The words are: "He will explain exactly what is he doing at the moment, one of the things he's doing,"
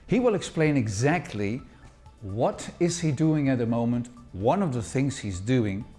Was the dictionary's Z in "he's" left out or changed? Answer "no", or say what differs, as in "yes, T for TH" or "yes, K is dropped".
no